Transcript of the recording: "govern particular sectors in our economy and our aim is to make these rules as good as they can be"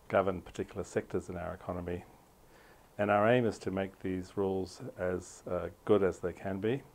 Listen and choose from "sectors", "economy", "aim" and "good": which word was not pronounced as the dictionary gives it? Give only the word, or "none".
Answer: none